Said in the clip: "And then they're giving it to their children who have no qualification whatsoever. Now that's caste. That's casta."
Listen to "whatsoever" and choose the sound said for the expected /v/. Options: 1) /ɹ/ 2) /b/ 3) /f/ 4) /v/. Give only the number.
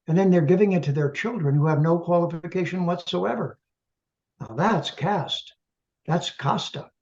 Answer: 4